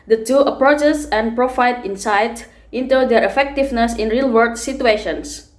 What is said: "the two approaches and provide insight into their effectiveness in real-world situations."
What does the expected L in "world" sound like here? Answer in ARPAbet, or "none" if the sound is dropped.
none